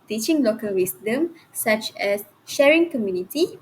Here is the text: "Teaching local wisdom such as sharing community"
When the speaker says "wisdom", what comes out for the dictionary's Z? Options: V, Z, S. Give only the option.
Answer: S